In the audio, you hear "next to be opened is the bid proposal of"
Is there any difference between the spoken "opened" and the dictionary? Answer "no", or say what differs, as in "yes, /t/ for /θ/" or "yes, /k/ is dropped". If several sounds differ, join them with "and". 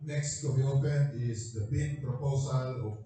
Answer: yes, /d/ is dropped